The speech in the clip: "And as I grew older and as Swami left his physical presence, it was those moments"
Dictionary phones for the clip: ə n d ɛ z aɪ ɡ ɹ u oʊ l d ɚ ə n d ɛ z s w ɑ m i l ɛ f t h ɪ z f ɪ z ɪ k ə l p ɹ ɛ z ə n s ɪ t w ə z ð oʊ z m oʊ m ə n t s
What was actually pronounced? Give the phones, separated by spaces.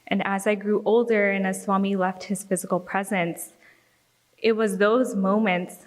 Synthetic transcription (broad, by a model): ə n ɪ z aɪ ɡ ɹ u oʊ l d ɚ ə n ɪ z s w ɑ m i l ɛ f t h ɪ z f ɪ z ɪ k l p ɹ ɛ z ə n s ɪ t w ə z ð oʊ z m oʊ m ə n t s